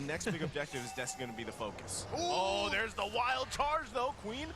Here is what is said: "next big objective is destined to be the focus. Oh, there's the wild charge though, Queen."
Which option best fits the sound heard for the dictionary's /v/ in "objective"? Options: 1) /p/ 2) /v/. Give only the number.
2